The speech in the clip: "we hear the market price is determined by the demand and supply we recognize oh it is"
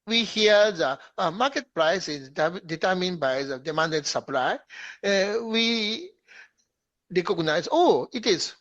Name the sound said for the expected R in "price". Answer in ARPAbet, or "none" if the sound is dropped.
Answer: R